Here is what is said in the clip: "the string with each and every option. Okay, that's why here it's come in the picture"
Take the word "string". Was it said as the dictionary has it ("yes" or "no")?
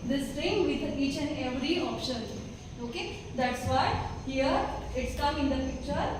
no